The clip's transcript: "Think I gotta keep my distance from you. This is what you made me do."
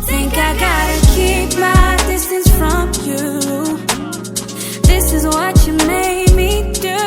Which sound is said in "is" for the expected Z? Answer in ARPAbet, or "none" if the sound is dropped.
Z